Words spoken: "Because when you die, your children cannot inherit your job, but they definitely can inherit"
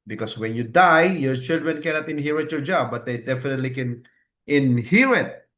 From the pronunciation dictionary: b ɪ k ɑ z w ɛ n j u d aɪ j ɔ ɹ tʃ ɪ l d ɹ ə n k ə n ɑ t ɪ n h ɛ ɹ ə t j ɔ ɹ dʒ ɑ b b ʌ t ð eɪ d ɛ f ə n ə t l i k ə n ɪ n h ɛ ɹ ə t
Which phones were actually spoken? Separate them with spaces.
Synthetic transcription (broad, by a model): b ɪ k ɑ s w ɛ n j u d aɪ j ɔ ɹ tʃ ɪ l d ɹ ə n k ə n ɑ t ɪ n h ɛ ɹ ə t j ɔ ɹ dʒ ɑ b b ʌ t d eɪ d ɛ f ə n ə t l i k ə n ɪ n h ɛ ɹ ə t